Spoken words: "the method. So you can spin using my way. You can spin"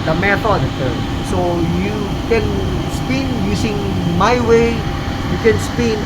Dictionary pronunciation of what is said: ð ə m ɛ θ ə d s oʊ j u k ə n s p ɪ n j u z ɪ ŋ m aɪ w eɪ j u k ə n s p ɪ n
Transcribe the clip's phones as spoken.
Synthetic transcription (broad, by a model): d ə m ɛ t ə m s oʊ j u k ə n s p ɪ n j u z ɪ ŋ m aɪ w eɪ j u k ə n s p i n